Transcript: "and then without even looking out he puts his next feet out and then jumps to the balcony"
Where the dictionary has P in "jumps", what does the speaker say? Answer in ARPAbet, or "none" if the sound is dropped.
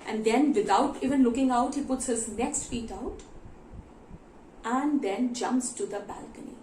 P